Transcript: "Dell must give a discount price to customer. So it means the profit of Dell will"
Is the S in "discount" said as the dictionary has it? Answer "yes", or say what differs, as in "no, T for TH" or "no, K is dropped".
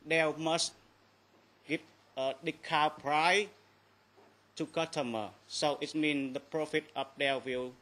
no, S is dropped